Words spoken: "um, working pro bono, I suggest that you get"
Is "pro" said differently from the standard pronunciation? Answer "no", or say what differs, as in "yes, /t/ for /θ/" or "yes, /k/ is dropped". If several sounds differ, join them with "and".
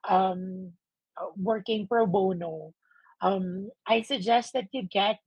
no